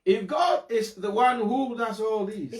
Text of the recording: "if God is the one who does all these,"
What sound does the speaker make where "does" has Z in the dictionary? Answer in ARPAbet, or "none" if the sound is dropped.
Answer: S